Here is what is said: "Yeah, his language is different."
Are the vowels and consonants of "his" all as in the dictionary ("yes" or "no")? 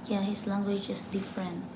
no